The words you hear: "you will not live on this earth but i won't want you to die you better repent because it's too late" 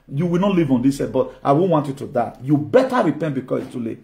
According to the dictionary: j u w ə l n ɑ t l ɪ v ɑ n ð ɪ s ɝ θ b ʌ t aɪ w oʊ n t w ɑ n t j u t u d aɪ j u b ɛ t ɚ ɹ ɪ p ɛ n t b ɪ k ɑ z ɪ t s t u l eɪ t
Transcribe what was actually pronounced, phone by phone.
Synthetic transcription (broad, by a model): j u w ə l n ɑ t l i v ɑ n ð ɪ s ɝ b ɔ t aɪ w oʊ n w ɑ n t j u t u d aɪ j u b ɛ t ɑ ɹ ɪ p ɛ n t b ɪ k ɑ s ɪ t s t u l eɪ